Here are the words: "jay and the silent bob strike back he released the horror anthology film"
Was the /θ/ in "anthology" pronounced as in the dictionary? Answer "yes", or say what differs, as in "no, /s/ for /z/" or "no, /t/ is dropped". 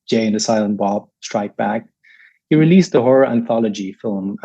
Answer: yes